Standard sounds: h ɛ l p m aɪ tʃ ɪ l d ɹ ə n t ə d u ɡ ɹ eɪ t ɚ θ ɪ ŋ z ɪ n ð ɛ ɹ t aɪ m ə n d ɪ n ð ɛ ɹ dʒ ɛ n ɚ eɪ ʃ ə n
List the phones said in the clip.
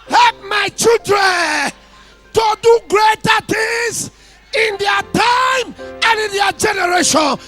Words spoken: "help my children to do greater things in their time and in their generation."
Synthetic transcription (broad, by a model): h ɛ l p m aɪ tʃ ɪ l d ɹ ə n t ə d u ɡ ɹ eɪ t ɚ t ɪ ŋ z ɪ n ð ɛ t aɪ m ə n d ɪ n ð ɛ dʒ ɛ n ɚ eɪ ʃ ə n